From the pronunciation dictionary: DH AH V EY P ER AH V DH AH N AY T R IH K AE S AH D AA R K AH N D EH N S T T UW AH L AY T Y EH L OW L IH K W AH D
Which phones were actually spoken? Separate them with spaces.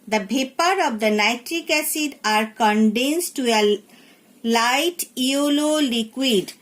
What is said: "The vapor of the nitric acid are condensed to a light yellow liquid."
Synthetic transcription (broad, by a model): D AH B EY P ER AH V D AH N AY T R IH K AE S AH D AA R K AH N D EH N S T T UW AH L AY T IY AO L OW L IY K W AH D